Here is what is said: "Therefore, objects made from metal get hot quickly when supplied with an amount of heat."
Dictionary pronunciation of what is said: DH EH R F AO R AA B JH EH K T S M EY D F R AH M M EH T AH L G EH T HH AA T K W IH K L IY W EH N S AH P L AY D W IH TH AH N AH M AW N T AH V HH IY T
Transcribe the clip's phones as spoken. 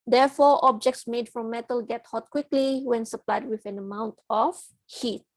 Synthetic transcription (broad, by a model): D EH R F AO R AA B JH EH K T S M EY D F R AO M M EH T AH L G EH T HH AA T K W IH K L IY W EH N S AH P L AY D W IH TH AH N AH M AW N T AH F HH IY T